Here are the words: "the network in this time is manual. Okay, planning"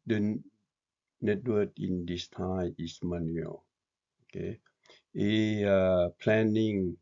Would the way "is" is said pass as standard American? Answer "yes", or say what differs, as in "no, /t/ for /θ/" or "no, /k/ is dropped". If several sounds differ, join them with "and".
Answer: no, /s/ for /z/